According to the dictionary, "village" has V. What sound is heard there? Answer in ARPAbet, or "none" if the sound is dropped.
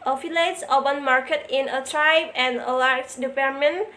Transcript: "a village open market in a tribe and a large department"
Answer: F